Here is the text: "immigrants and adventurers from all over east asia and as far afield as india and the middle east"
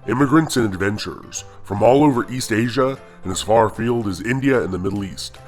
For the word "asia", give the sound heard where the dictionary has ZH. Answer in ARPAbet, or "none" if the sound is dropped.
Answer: ZH